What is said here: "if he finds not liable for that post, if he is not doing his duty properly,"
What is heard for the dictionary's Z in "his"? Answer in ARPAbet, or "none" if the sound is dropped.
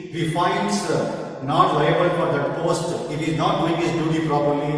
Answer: S